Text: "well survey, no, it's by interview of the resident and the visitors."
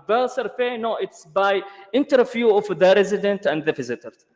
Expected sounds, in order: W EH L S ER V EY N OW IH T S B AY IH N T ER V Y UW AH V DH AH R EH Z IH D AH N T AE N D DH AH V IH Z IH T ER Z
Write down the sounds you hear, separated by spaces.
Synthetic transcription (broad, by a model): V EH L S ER F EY N OW IH T S B AY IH N T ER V Y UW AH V DH AH R EH Z IH D AH N T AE N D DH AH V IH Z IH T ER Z